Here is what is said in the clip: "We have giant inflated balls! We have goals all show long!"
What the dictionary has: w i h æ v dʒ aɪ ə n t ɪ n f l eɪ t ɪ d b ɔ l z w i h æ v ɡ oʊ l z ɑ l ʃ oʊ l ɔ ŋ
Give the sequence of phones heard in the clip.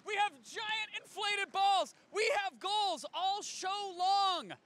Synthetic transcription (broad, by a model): w i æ v dʒ aɪ ə n t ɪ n f l eɪ t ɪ d b ɔ l z w i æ v ɡ oʊ l z ɑ l ʃ oʊ l ɔ ŋ